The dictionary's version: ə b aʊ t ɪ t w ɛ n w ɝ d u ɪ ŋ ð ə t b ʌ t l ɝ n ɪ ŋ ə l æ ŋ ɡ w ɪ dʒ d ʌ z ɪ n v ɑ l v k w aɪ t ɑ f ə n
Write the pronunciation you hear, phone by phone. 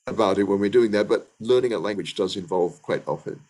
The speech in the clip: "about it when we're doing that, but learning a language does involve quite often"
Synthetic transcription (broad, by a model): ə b aʊ t ɪ t w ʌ n w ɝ d u ɪ ŋ ð ə t b ʌ t l ɝ n ɪ ŋ ə l æ ŋ ɡ w ɪ dʒ d ʌ z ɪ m v ɑ l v k w aɪ t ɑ f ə n